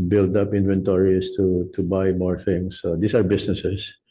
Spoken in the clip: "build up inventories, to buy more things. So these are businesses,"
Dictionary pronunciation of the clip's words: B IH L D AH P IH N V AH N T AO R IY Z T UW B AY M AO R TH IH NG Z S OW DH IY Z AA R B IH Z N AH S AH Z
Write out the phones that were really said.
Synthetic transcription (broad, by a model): B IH L D AH P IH N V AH N T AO R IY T T UW B AY M AO R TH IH NG S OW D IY S AA R B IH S N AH S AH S